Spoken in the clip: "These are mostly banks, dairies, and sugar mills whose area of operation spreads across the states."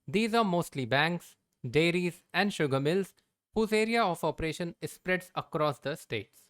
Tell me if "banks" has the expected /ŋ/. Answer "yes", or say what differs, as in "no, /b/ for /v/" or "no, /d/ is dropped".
yes